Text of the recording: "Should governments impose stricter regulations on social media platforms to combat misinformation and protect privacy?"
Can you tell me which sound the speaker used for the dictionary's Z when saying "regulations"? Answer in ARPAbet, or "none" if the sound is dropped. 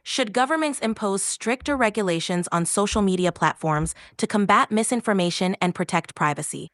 Z